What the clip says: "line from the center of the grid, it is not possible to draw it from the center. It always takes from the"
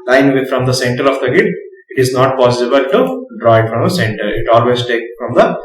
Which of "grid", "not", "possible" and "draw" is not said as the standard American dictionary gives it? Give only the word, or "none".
grid